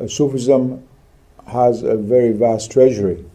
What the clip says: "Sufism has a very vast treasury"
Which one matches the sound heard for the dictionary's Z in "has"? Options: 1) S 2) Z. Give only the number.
2